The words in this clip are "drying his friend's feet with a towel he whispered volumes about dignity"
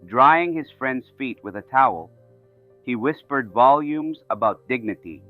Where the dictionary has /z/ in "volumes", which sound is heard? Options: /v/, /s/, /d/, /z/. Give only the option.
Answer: /z/